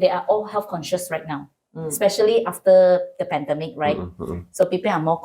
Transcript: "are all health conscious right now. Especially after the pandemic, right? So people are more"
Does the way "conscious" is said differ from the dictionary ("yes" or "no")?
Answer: no